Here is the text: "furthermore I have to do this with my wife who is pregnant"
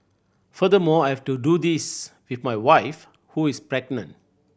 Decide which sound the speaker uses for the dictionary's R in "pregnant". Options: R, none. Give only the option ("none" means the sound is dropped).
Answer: R